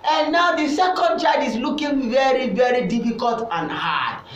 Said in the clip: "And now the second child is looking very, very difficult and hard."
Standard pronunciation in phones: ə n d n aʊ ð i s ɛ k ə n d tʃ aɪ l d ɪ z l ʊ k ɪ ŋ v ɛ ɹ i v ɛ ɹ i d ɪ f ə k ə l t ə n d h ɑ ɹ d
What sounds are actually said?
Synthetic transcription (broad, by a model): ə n n aʊ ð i s ɛ k ə n d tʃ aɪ d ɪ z l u k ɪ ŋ v ɛ ɹ i v ɛ ɹ i d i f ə k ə l t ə n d h ɑ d